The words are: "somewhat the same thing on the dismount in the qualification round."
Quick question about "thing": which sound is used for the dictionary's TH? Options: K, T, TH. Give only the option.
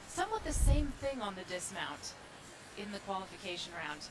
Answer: TH